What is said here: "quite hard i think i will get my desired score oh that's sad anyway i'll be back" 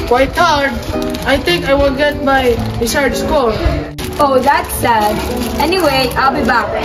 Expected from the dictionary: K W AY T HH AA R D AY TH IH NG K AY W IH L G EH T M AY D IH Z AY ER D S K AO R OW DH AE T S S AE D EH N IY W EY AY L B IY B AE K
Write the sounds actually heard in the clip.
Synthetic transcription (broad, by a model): K W AY T HH AA R D AY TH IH NG K AY W IH L G EH T M AY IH S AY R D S K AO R OW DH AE T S S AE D EH N IY W EY AY L B IY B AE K